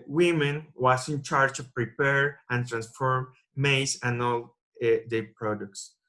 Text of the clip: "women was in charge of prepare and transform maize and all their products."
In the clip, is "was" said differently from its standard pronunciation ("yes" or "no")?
yes